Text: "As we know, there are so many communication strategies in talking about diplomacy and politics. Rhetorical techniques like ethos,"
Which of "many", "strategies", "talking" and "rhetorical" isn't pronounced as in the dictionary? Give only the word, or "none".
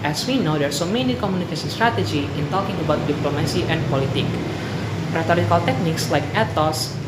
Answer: strategies